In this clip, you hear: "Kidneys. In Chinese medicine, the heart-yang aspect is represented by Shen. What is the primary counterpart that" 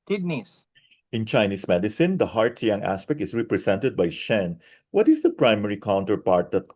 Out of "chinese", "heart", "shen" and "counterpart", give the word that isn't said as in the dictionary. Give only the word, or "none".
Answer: chinese